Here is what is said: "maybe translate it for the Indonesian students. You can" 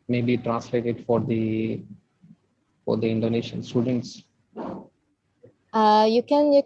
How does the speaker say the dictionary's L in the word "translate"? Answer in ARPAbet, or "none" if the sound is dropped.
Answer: L